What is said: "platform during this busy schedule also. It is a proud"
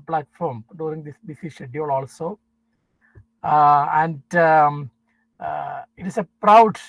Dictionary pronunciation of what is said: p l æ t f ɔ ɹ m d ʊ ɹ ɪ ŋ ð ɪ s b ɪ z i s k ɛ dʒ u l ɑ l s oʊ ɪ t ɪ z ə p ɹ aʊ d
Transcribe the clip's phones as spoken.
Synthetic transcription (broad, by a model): p l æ t f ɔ ɹ m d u ɹ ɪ ŋ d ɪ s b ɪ s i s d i u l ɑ l s oʊ ɪ t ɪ s ə p ɹ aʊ d